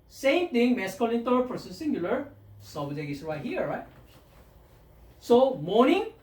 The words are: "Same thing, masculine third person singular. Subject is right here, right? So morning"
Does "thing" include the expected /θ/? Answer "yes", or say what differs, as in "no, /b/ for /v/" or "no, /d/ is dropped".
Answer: no, /t/ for /θ/